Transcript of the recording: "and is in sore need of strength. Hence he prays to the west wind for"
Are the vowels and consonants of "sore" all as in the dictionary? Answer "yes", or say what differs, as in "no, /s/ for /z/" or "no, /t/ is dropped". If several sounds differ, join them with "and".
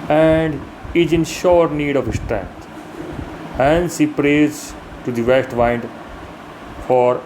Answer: no, /ʃ/ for /s/